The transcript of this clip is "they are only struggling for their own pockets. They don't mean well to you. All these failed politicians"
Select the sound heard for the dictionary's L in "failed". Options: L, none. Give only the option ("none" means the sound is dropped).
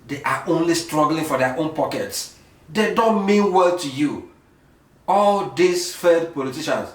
none